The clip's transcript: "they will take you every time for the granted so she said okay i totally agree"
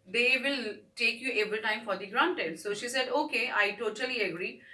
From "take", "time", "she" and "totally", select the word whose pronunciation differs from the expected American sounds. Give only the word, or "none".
none